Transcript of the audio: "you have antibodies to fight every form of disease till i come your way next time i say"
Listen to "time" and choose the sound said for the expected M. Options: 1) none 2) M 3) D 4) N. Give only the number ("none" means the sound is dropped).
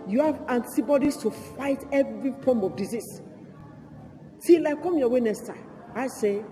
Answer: 1